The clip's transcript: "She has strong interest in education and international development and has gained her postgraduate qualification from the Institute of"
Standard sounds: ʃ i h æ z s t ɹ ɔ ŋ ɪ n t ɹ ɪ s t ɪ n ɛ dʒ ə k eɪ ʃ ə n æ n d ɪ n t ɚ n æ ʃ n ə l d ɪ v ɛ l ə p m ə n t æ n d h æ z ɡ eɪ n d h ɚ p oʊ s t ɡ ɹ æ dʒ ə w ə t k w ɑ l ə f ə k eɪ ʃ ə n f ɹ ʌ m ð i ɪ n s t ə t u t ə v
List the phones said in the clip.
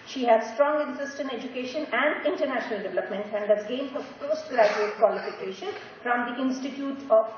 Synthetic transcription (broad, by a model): ʃ i h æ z s t ɹ ɔ ŋ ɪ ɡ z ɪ s t ɪ n ɛ dʒ ə k eɪ ʃ ə n æ n d ɪ n t ɚ n æ ʃ n ə l d ɪ v ɛ l ə p m ə n t æ n d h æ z ɡ eɪ n d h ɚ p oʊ s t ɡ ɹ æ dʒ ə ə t k w ɑ l ə f ə k eɪ ʃ ə n f ɹ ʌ m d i ɪ n s t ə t u t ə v